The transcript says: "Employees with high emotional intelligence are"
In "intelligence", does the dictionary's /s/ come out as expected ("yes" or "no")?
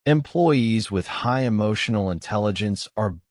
yes